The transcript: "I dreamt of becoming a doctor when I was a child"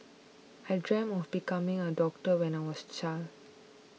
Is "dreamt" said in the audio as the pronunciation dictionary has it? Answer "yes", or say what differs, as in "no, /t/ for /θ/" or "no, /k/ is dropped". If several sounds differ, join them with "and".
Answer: no, /t/ is dropped